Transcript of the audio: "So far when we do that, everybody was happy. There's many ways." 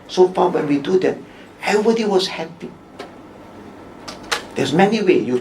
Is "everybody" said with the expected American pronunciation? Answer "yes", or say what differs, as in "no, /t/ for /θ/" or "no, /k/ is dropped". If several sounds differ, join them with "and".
no, /ɹ/ is dropped